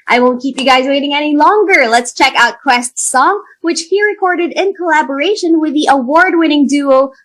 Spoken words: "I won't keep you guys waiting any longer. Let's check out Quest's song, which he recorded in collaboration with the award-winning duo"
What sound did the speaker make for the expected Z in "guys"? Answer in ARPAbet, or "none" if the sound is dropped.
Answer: Z